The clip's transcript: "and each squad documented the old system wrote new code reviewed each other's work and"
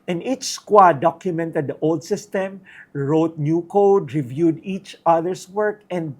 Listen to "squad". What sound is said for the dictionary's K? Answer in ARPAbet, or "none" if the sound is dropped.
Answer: K